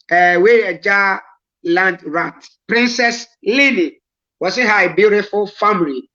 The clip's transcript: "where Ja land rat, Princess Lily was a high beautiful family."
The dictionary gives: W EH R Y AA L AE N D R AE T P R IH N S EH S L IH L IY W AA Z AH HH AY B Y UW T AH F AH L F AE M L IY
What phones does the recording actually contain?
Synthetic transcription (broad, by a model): W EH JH AA L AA N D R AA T P R IH N S EH S L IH N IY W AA S AH HH AY B Y UW T AH F AH L F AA M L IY